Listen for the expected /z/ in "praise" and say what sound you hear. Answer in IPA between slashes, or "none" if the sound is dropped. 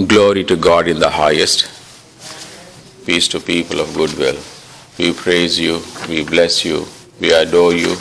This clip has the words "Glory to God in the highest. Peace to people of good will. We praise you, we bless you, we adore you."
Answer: /z/